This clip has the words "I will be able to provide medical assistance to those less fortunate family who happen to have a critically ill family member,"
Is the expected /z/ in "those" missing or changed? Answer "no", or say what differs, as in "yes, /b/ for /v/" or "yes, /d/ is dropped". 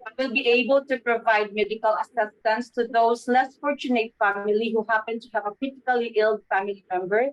yes, /s/ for /z/